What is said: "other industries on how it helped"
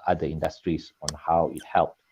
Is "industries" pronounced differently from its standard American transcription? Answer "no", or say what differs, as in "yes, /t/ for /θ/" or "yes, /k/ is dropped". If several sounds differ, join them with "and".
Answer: yes, /s/ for /z/